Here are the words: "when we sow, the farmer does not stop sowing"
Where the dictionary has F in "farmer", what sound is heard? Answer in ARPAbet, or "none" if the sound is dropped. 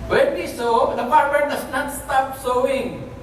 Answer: P